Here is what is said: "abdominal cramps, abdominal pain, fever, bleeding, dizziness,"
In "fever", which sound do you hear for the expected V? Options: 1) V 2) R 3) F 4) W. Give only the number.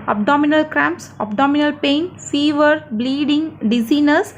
1